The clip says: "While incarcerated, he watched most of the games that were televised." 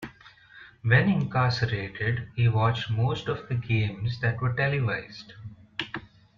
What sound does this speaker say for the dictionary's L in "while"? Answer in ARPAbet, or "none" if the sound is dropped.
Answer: N